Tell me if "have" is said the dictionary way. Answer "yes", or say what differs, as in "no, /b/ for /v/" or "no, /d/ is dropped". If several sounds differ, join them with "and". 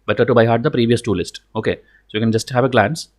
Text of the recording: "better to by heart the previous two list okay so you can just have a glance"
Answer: yes